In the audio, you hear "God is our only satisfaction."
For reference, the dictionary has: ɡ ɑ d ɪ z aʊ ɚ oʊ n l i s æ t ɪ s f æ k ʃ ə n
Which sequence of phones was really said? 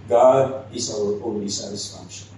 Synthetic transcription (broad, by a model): ɡ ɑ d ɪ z aʊ ɚ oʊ l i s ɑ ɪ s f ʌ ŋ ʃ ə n